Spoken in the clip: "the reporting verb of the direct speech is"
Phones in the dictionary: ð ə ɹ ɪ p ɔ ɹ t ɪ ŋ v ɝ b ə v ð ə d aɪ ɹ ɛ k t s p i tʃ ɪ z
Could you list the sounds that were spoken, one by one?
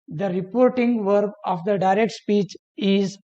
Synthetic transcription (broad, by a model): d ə ɹ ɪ p ɔ ɹ t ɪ ŋ v ɝ b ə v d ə d aɪ ɹ ɛ k t s p i tʃ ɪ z